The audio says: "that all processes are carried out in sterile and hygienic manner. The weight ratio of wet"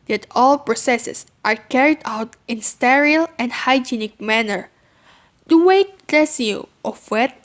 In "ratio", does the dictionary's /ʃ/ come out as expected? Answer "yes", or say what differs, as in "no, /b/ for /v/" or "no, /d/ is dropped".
no, /s/ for /ʃ/